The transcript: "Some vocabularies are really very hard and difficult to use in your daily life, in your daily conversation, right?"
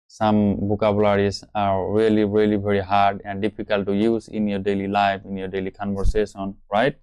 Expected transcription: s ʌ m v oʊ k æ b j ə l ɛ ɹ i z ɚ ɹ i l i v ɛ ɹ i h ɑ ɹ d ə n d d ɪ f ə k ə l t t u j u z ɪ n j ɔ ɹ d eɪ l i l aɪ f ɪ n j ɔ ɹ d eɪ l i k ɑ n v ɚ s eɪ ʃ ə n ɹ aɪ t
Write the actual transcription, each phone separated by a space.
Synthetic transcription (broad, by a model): s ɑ m b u k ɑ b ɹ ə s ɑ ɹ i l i ɹ i l i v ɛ ɹ i h ɑ ɹ d ə n d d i p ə k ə l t t u j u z ɪ n j ɔ ɹ d eɪ l i l aɪ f ɪ n j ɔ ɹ d eɪ l i k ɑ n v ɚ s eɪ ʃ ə n ɹ aɪ t